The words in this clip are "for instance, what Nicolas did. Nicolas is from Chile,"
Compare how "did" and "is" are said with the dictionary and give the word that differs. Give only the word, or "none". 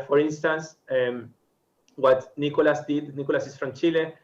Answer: is